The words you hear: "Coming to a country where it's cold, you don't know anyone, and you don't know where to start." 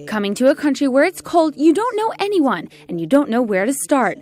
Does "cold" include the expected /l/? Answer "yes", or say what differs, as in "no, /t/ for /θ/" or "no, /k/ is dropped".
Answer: yes